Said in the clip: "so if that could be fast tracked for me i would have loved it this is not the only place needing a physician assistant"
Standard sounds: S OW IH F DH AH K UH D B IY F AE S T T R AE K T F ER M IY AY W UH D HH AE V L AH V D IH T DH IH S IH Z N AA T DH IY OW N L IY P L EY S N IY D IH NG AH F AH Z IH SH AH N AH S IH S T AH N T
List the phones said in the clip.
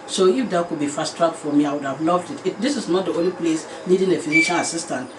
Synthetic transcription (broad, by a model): S OW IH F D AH K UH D B IY F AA S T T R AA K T F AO M IY AY W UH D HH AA V L AH V D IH T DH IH S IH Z N AA T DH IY OW N L IY P L EY S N IY D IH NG AH F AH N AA SH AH L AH S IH S T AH N T